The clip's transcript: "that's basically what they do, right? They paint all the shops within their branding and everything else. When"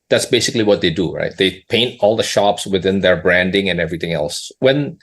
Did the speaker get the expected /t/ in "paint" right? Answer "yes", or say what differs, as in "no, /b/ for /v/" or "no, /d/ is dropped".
yes